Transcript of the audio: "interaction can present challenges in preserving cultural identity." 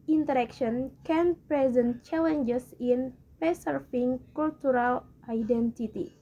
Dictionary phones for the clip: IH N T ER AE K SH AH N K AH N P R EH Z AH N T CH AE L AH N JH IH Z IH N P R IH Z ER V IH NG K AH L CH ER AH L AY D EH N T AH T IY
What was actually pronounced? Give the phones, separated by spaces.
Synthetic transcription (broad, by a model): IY N T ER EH K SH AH N K AH N P R EH Z AH N T CH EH L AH N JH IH S IH N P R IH S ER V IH NG K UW L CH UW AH L AY D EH N T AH T IY